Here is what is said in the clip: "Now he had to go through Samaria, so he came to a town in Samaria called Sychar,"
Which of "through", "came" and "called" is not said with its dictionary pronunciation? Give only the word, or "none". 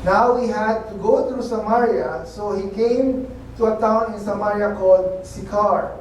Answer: through